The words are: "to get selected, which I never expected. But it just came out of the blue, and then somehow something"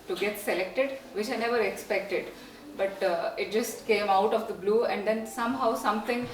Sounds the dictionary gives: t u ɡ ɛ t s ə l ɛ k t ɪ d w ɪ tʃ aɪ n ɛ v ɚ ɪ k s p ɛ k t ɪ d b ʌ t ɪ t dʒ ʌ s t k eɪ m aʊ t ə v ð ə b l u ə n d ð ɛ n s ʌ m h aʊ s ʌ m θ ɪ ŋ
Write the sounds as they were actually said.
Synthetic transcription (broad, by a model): t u ɡ ɛ t s ə l ɛ k t ɪ d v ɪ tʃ aɪ n ɛ v ɚ ɪ k s p ɛ k t ɪ d b ʌ t ɪ t dʒ ʌ s t k eɪ m aʊ t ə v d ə b l u ə n d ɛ n s ʌ m h aʊ s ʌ m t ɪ ŋ